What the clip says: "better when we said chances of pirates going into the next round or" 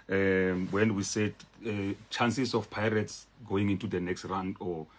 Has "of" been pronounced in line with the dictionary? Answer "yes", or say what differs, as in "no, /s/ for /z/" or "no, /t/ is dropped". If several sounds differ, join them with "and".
no, /f/ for /v/